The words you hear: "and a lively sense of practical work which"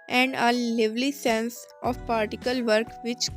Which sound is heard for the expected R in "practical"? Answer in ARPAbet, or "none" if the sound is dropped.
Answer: none